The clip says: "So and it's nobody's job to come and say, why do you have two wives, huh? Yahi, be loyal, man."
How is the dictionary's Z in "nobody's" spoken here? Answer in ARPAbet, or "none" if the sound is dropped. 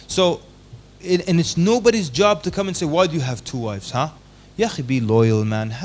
Z